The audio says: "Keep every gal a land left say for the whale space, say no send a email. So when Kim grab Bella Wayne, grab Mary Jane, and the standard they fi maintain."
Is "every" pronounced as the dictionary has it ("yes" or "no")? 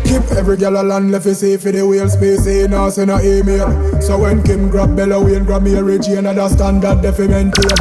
yes